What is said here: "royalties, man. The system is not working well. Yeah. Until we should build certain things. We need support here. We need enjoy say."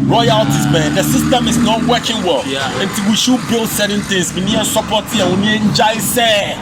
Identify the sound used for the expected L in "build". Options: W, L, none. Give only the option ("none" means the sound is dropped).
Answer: L